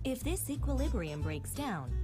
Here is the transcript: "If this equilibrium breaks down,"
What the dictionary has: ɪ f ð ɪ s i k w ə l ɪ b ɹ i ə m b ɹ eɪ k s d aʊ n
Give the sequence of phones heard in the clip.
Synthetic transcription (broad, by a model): ɪ f ð ɪ s i k w ə l ɪ b ɹ i ə m b ɹ eɪ k s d aʊ n